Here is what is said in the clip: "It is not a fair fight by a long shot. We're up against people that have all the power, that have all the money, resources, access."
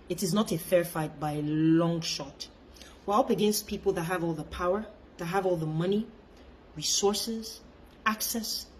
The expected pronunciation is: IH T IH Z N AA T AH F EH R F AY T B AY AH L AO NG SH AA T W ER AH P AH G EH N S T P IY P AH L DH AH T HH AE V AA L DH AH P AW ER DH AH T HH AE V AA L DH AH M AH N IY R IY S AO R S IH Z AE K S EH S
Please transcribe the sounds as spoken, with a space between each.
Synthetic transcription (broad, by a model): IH T IH Z N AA T AH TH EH R F AY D B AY AH L AO NG SH AA T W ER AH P AH G EH N S T P IY P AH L DH AH T HH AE V AA L DH AH P AW ER DH AH T HH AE V AA L DH AH M AH N IY R IY S AO R S IH Z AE K S EH S